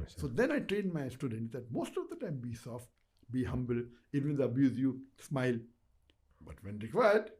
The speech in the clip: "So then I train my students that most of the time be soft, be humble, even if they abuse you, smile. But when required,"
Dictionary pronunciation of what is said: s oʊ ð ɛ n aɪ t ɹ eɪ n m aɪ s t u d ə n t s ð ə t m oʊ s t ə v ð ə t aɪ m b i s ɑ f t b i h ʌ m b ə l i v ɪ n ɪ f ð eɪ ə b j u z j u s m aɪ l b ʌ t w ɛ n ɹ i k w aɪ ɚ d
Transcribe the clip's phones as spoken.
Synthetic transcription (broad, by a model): s oʊ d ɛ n aɪ t ɹ eɪ n m aɪ s t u d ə n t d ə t m oʊ s t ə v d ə t aɪ m b i s ɑ f t b i h ʌ m b ə l i v ɪ n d ə b j u z j u s m aɪ l b ʌ t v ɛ n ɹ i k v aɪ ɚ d